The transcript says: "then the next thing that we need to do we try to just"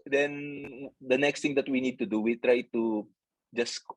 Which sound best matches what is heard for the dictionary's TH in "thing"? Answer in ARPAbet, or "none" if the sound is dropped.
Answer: T